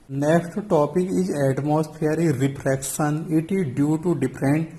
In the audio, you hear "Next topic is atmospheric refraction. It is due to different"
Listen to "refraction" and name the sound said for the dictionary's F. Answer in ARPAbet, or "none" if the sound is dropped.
P